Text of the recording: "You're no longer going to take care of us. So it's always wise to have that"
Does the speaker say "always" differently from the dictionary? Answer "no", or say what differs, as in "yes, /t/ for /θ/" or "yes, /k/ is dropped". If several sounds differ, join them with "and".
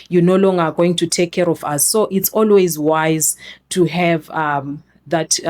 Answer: no